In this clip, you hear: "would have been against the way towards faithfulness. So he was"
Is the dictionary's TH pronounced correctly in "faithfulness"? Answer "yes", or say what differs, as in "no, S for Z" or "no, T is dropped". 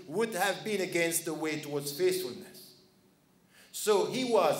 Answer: no, S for TH